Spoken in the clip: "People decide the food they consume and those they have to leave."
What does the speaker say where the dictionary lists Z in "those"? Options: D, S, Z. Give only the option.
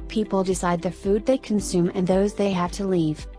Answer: Z